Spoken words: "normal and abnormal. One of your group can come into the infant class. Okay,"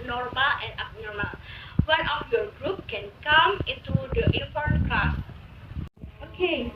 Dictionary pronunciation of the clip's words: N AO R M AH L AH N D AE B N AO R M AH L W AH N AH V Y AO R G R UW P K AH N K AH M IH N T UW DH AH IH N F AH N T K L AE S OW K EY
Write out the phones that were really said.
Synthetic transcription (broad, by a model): N AO R M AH L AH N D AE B N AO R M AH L W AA N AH F Y AO R G R UW P K AH N K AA M IH N T UW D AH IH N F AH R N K AA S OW K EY